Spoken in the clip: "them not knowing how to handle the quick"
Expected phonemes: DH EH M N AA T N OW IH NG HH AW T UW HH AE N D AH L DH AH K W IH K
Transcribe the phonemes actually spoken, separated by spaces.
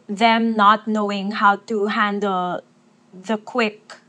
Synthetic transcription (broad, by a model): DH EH M N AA T N OW IH NG HH AW T UW HH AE N D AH L DH AH K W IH K